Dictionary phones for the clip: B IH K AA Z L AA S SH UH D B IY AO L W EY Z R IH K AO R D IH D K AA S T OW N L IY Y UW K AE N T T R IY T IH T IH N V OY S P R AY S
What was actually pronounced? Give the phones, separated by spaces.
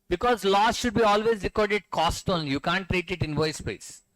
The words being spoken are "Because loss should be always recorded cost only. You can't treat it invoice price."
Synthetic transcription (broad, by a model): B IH K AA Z L AA S SH UH D B IY AO L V EY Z R IH K AO R D IH D K AA S T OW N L Y UW K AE N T T R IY T IH T IH N V OY S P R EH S